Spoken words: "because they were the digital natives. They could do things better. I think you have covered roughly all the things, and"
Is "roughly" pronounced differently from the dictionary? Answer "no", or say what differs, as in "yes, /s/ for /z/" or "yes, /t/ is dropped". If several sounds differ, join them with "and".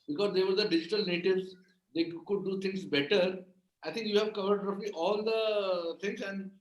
yes, /p/ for /f/